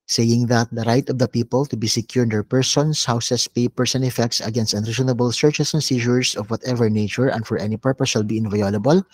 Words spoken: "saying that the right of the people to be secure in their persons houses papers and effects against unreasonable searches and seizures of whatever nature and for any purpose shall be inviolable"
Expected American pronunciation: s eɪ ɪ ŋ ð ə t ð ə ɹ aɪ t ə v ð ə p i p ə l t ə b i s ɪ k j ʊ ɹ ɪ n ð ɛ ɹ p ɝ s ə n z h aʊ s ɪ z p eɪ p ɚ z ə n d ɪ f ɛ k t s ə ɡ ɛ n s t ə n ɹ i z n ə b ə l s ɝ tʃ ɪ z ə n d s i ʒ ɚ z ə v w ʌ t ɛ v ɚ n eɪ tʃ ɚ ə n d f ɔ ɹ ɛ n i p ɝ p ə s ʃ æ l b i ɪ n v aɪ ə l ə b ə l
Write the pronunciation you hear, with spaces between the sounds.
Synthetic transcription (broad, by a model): s eɪ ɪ ŋ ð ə t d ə ɹ aɪ t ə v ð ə p i p ə l t ə b i s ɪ k j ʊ ɹ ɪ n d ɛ ɹ p ɝ s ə n s h aʊ s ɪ s p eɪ p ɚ s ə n ɪ f ɛ k t s ə ɡ ɛ n s t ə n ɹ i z n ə b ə l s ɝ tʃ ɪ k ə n s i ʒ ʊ s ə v w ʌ t ɛ v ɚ n eɪ tʃ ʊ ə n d f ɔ ɹ ɛ n i p ɝ p ə s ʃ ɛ l b i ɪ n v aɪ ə l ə b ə l